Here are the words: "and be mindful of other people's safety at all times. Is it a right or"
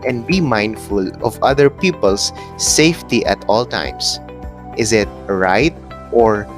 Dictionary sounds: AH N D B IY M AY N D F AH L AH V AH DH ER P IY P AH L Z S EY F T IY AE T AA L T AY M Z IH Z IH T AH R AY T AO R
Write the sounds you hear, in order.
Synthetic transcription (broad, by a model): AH N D B IY M AY N D F AH L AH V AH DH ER P IY P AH L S EY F T IY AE T AA L T AY M S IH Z IH T R AY T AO R